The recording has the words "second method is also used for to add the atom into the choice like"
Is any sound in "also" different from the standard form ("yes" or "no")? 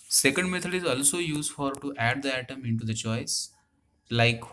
no